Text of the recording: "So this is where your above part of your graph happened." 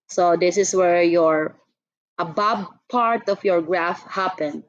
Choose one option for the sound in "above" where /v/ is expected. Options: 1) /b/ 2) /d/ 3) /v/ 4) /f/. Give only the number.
1